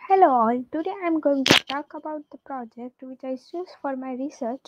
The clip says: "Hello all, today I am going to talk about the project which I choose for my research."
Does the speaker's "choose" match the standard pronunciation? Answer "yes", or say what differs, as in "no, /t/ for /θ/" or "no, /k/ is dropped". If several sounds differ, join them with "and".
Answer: no, /s/ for /tʃ/